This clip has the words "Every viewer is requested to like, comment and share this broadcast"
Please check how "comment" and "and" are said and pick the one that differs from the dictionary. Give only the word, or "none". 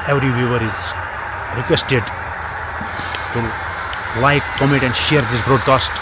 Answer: comment